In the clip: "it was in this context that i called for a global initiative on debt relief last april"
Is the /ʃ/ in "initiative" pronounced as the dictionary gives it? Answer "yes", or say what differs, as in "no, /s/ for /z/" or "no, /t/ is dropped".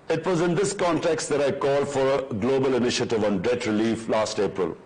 yes